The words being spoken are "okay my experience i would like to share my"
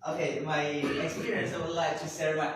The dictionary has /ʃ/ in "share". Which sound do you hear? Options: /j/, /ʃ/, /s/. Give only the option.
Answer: /s/